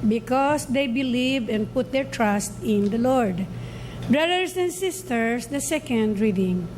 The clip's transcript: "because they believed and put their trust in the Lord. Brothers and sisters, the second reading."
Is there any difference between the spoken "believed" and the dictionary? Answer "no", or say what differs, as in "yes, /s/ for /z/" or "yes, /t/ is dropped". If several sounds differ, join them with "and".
yes, /d/ is dropped